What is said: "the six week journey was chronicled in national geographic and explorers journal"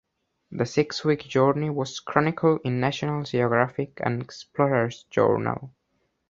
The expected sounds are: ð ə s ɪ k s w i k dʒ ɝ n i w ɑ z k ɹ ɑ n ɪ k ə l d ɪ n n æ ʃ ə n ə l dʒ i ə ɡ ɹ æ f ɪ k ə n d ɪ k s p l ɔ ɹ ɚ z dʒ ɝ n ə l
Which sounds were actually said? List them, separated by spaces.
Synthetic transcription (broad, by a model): ð ə s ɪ k s w i k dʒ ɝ n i w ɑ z k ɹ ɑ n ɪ k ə l ɪ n n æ ʃ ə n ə l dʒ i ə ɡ ɹ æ f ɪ k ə n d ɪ k s p l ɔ ɹ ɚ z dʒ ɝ n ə l